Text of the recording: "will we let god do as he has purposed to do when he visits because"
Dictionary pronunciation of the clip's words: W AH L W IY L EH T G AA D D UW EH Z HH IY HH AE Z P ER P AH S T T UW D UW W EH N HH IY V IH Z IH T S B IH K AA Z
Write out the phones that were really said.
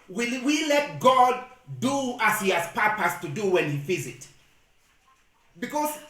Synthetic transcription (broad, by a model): W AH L W IY L EH T G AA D D UW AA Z HH IY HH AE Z P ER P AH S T T UW D UW W EH N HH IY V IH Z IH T B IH K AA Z